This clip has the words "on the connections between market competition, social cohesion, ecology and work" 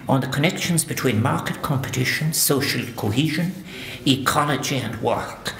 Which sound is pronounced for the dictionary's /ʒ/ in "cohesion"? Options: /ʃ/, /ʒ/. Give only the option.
/ʒ/